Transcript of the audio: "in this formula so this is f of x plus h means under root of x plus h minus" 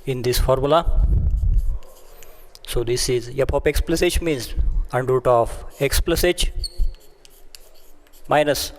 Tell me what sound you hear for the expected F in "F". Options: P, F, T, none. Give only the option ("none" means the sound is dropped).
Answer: P